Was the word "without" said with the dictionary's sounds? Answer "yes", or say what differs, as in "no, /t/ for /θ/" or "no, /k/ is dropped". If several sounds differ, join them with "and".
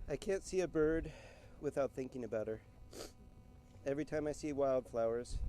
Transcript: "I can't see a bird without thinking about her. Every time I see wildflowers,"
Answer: yes